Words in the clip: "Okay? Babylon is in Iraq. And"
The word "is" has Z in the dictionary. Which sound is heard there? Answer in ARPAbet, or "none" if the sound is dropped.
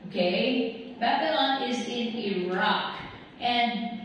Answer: Z